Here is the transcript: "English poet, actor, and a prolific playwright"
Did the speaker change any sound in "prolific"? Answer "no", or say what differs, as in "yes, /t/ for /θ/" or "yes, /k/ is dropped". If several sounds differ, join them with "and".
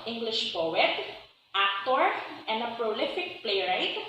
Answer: no